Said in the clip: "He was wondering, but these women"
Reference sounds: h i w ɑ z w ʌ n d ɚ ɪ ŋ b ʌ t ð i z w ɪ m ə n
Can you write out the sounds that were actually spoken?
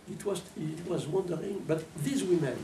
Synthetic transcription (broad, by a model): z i w ɑ z w ʌ n d ɚ ɪ ŋ b ʌ t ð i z w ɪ m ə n